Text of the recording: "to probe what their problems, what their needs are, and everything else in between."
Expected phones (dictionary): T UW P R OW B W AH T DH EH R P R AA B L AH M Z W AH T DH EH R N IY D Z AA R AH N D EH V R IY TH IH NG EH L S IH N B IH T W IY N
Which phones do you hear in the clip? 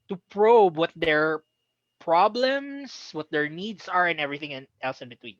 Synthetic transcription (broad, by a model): T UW P R OW B W AH T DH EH R P R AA B L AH M S W AH T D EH R N IY D S AA R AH N EH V R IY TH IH NG EH L S IH N B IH T W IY N